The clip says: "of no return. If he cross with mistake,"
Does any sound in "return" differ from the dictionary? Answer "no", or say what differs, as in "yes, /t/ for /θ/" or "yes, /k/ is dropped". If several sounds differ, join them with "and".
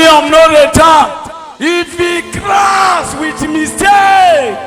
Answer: yes, /n/ is dropped